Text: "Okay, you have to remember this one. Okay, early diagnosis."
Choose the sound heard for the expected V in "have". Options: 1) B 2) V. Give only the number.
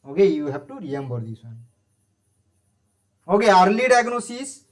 1